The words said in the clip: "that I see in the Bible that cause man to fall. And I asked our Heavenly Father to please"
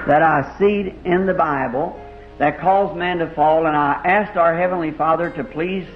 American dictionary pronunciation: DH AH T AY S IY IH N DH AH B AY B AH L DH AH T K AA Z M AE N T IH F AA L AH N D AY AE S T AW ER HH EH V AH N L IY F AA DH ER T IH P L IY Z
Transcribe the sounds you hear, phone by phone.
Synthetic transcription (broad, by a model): DH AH T AY S IY IH N DH AH B AY B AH L DH AH T K AA Z M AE N T IH F AA L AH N AY AE S T AW ER HH EH V AH N L IY F AA DH ER T IH P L IY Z